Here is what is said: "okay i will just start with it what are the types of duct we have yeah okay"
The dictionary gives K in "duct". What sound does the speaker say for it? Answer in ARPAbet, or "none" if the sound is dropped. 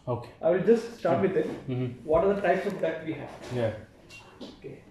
none